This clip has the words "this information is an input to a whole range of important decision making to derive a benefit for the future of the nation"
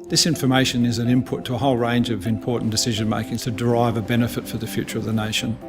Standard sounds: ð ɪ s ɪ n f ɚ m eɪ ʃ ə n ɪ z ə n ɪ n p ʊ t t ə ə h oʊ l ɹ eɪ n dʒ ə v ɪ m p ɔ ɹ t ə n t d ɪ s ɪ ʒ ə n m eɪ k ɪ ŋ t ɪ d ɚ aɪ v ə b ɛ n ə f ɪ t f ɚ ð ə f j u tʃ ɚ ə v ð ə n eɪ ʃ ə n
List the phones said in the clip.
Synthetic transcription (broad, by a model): ð ɪ s ɪ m f ɚ m eɪ ʃ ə n ɪ z ə n ɪ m p ʊ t t ə ə h oʊ l ɹ eɪ n dʒ ə v ɪ m p ɔ ɹ t n d ɪ s ɪ ʒ ə n m eɪ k ɪ ŋ t ɪ d ɚ aɪ v ə b ɛ n ə f ɪ t f ɚ ð ə f j u tʃ ɚ ə v ð ə n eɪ ʃ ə n